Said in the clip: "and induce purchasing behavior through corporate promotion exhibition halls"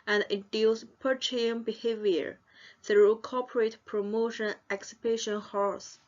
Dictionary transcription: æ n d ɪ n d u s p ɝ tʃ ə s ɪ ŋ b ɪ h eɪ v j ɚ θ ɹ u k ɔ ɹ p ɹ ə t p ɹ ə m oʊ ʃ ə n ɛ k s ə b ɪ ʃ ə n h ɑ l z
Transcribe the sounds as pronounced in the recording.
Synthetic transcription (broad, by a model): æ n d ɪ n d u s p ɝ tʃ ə ɪ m b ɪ h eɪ v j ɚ θ ɹ u k ɔ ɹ p ɹ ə t p ɹ ə m oʊ ʃ ə n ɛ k s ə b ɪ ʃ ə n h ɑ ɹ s